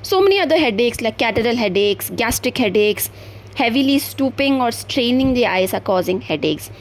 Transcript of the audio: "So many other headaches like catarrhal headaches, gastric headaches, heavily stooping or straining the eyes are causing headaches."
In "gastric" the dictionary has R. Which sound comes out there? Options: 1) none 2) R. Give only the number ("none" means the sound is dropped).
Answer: 2